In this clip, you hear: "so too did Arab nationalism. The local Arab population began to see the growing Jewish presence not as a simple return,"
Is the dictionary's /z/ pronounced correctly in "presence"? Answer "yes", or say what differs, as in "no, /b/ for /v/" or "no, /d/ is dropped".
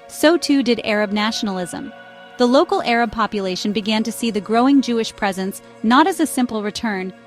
yes